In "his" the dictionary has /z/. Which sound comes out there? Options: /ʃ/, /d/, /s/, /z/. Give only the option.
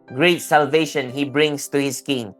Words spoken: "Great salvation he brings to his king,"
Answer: /s/